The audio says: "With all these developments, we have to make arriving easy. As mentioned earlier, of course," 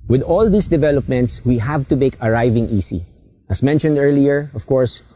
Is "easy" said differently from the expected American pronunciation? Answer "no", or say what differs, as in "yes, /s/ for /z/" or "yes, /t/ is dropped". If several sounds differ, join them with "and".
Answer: yes, /s/ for /z/